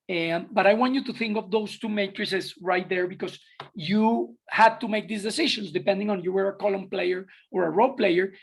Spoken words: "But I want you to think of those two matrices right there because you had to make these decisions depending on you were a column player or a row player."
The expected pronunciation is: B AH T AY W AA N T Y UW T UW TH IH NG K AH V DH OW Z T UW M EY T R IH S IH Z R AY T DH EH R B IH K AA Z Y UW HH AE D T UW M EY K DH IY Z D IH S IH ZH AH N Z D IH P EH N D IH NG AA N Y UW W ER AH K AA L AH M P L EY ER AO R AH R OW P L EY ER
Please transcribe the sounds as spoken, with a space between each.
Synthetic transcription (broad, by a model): B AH T AY W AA N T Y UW T UW TH IH NG K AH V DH OW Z T UW M EY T R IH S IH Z R AY T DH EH R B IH K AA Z Y UW HH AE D T UW M EY K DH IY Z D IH S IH SH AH N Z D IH P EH N D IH NG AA N Y UW W ER AH K AA L AH M P L EY ER AO R AH R OW P L EY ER